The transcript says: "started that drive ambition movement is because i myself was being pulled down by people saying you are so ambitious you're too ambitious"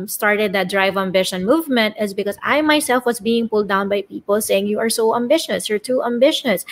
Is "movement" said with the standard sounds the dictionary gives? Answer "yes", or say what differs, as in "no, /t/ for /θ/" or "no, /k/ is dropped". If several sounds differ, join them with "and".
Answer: yes